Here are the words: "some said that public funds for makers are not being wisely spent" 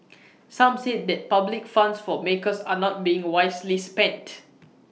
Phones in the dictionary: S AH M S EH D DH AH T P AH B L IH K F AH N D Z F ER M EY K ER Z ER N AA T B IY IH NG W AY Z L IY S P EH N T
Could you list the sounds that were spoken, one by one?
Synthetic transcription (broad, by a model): S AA M S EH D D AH T P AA B L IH K F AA N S F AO M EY K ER S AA N AA T B IY IH NG W AY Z L IY S P EH N T